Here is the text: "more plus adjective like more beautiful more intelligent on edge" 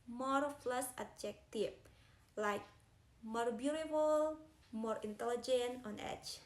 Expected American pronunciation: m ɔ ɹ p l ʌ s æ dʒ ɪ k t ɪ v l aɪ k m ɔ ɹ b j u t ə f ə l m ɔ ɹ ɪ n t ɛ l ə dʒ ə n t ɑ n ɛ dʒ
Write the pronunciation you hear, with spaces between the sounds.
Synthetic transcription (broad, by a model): m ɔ ɹ f l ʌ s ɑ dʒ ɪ k t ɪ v l aɪ k m ɔ ɹ b j u t ə f ə l m ɔ ɹ ɪ n t ɛ l ə dʒ ə n t ɑ n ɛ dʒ